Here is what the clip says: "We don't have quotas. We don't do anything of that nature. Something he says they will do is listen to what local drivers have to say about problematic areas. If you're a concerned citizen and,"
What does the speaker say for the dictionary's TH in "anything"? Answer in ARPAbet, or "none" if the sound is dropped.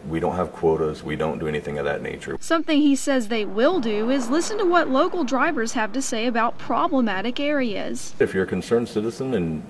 TH